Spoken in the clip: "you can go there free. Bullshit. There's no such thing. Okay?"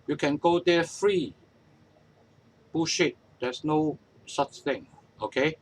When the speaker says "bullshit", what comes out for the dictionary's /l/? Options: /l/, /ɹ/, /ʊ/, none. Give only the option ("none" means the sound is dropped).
none